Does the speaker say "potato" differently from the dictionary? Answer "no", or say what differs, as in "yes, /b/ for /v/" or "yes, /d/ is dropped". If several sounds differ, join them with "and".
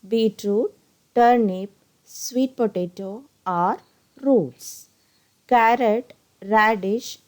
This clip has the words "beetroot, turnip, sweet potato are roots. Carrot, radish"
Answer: no